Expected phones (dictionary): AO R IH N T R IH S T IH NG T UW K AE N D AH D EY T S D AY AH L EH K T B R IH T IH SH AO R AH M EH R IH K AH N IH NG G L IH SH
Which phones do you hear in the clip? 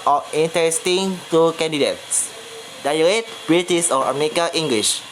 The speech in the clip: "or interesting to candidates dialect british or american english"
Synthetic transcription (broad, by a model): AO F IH N T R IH S T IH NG T UW K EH N D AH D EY T S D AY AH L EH T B R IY T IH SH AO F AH M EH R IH K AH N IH NG G L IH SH